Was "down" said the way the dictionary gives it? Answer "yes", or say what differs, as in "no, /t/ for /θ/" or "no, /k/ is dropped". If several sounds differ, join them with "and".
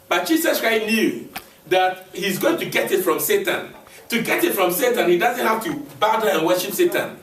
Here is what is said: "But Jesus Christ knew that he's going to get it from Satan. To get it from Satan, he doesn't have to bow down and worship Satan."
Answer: no, /n/ is dropped